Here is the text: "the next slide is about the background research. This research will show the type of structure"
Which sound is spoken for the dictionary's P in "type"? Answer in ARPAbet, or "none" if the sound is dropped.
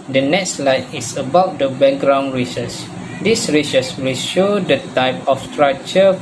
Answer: P